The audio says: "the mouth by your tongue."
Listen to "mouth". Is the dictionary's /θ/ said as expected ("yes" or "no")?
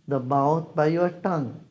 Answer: no